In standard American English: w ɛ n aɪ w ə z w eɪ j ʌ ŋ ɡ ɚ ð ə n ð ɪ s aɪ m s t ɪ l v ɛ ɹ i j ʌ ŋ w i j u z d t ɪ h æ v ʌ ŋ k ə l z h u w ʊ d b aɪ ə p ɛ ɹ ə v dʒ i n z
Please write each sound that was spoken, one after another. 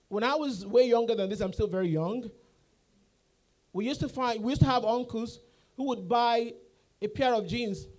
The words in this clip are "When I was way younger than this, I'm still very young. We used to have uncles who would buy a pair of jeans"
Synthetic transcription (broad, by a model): w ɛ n aɪ w ə z w eɪ j ʌ ŋ ɡ ɚ ð ə n ð ɪ s aɪ m s t ɪ l v ɛ ɹ i j ʌ ŋ w i j u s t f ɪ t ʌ v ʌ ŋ k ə l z h u w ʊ d b aɪ ə p ɛ ɹ ə v dʒ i n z